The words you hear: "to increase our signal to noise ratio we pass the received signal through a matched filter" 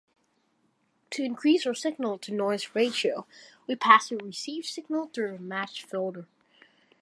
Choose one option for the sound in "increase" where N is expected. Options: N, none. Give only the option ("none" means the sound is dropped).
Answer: N